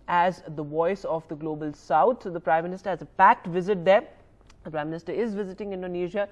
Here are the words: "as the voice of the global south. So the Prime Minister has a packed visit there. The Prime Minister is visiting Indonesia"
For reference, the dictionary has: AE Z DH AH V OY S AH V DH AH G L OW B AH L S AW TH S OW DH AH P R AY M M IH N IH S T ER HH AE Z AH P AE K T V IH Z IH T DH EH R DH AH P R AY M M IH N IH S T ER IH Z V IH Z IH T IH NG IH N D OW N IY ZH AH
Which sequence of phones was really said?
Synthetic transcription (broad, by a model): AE Z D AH V OY S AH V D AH G L OW B AH L S AW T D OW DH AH P R AY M M IH N IH S T ER HH AE Z AH P AE K T V IH Z IH T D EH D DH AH P R AY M M IH N IH S T ER IH Z V IH Z IH T IH NG IH N D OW N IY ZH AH